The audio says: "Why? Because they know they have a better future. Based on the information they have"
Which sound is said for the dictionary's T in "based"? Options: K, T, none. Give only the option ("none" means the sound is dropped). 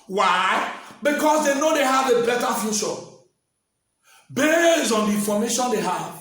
none